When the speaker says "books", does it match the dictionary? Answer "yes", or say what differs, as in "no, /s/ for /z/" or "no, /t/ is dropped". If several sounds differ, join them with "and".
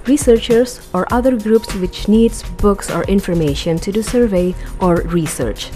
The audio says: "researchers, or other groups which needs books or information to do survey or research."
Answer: yes